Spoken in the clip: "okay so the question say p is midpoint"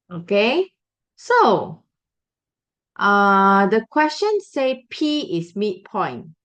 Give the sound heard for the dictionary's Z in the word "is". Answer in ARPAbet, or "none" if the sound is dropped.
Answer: S